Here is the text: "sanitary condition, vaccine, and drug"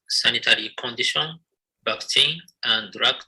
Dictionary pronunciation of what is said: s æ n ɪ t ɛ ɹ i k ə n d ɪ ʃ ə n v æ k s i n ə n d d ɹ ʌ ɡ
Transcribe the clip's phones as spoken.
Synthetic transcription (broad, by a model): s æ n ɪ t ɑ ɹ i k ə n d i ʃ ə n b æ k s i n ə n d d ɹ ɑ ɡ